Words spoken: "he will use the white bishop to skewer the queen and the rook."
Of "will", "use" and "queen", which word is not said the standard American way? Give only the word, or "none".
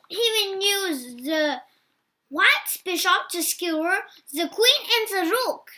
will